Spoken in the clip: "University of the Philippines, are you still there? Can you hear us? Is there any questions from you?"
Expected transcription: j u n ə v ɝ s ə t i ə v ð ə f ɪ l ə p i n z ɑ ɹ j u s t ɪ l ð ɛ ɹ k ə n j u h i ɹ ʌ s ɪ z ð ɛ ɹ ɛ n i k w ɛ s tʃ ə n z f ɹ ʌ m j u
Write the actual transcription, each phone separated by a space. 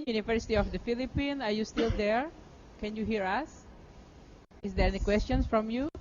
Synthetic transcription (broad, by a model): j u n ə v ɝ s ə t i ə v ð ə f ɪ l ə p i n ɑ ɹ j u s t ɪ l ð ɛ ɹ k ə n j u h i ɹ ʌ s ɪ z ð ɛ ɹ ɛ n i k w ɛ s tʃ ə n s f ɹ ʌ m j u